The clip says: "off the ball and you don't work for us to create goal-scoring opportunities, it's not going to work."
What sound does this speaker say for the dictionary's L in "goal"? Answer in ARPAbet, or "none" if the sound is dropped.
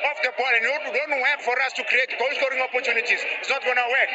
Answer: W